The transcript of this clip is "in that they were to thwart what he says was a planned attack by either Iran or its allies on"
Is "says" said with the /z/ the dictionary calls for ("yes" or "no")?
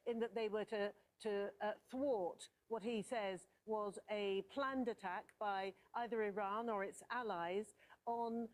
yes